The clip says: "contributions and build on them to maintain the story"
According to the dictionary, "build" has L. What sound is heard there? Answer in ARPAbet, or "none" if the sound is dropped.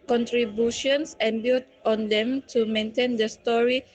none